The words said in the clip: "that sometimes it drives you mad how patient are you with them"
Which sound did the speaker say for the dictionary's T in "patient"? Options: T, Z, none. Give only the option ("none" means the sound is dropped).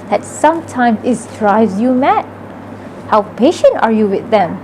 T